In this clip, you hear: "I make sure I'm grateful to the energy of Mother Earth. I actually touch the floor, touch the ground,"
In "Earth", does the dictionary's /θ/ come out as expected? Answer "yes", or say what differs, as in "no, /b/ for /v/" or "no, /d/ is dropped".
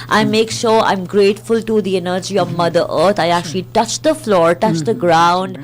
no, /t/ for /θ/